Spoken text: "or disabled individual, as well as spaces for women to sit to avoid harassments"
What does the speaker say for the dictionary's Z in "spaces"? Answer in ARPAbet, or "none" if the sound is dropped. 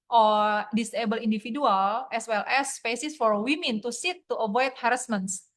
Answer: S